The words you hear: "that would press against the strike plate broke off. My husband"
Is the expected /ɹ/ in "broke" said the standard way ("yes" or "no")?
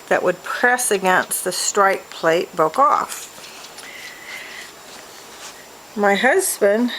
no